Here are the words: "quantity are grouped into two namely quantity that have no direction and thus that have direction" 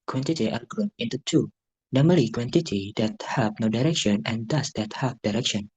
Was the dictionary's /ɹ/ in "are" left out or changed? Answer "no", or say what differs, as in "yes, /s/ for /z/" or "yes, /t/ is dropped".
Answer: yes, /l/ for /ɹ/